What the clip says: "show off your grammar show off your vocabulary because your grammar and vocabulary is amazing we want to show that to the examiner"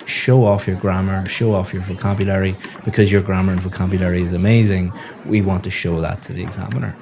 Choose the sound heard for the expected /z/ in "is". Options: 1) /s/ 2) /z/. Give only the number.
2